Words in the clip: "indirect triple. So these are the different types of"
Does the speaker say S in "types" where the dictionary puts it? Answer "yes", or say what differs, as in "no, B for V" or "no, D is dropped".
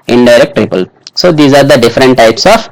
yes